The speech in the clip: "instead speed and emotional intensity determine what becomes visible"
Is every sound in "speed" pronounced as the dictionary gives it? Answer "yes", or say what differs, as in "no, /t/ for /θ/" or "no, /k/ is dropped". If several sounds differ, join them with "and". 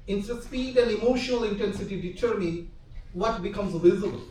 no, /p/ is dropped